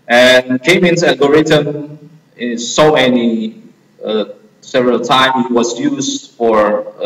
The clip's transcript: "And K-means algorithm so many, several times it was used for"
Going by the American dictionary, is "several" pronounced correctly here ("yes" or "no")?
yes